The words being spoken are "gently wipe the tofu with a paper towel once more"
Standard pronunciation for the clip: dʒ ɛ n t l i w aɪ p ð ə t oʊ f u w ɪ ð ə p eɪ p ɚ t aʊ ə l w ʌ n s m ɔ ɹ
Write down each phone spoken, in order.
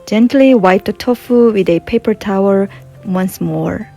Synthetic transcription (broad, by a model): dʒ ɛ n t l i w aɪ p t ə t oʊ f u w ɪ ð ə p eɪ p ɚ t aʊ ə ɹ w ʌ n s m ɔ ɹ